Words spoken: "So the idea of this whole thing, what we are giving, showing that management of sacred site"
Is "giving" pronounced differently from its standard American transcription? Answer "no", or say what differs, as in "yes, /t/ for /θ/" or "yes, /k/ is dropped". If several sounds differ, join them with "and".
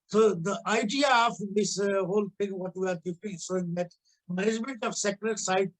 yes, /p/ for /v/